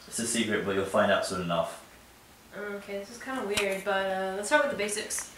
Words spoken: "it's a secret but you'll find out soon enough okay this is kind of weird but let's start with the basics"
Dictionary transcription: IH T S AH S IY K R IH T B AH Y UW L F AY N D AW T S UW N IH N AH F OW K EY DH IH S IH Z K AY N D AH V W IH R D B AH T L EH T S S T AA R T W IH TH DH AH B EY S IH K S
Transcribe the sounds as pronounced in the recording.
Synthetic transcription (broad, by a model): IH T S AH S IY K R IH T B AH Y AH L F AY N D AW T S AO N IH N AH F OW K EY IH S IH S K AY N D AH W IH R D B AH T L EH T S S T AA R T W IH DH AH B EY S IH K S